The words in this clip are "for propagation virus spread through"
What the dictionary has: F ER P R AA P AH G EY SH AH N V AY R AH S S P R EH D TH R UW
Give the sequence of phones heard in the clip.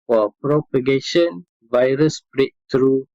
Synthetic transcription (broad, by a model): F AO P R AA P AH G EY SH AH N V AY R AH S S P R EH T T R UW